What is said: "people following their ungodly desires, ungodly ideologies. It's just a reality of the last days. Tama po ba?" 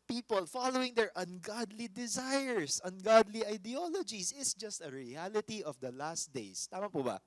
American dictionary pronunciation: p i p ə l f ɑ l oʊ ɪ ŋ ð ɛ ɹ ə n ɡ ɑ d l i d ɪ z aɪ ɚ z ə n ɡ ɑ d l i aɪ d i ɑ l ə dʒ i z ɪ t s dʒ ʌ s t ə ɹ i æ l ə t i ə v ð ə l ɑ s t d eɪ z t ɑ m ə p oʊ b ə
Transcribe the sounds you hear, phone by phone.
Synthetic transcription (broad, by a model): p i p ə l f ɑ l oʊ ɪ ŋ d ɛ ɹ ə n ɡ ɑ d l i d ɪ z aɪ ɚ s ə n ɡ ɑ d l i aɪ d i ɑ l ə dʒ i s ɪ t s dʒ ʌ s t ə ɹ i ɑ l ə t i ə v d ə l ɑ s t d eɪ s t ɑ m ə p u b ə